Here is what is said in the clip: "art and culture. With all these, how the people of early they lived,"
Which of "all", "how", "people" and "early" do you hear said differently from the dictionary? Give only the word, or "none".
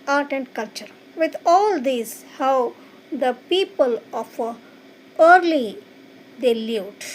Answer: none